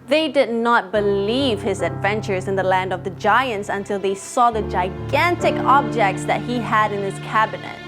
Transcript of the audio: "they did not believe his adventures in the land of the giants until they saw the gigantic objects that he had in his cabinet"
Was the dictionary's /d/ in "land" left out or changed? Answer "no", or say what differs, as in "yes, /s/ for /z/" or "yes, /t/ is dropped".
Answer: no